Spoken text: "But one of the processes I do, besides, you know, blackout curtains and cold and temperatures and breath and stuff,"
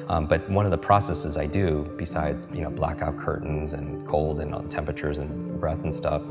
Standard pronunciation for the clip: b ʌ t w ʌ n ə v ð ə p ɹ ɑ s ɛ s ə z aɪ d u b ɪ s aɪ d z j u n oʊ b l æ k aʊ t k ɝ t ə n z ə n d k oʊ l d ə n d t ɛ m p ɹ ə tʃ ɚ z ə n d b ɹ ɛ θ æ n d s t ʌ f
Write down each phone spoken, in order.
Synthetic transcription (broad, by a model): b ʌ t w ʌ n ə v ð ə p ɹ ɑ s ɛ s ə z aɪ d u b ɪ s aɪ d z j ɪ n oʊ b l æ k aʊ t k ɝ t n z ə n k oʊ l d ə n t ɛ m p ɹ ə tʃ ɚ z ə n b ɹ ɛ θ n s t ʌ f